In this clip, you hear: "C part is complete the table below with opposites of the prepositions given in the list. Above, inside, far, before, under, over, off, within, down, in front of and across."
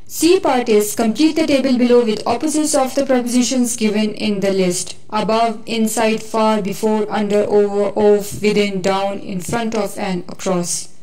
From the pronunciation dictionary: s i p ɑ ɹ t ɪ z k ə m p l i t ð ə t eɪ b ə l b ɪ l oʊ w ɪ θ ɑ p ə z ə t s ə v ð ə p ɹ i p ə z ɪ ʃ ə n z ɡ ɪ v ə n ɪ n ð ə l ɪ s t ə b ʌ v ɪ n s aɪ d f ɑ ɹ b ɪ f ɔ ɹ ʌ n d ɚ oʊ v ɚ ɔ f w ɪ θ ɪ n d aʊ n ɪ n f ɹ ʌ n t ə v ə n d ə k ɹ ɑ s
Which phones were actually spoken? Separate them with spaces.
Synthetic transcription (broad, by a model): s i p ɑ ɹ t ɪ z k ə m p l i t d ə t eɪ b ə l b ɪ l oʊ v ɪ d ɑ p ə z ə t s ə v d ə p ɹ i p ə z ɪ ʃ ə n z ɡ ɪ v ə n ɪ n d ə l ɪ s t ə b ʌ v ɪ n s aɪ d f ɑ ɹ b ɪ f ɔ ɹ ʌ n d ɚ oʊ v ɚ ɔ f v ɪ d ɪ n d aʊ n ɪ n f ɹ ʌ n t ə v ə n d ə k ɹ ɑ s